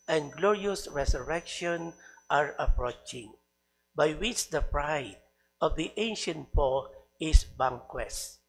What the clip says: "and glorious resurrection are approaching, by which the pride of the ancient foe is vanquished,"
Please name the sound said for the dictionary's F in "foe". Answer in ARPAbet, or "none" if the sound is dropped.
P